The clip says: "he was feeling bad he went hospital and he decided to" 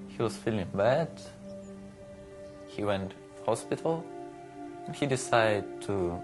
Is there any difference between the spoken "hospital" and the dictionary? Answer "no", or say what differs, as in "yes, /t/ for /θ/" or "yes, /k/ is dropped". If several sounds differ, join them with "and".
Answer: no